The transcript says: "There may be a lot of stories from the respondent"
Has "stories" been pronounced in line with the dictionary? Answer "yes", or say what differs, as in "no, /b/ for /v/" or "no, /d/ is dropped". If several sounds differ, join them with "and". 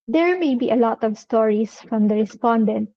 no, /s/ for /z/